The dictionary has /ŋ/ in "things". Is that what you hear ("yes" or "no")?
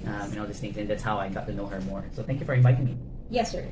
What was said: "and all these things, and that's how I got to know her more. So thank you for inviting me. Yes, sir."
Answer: no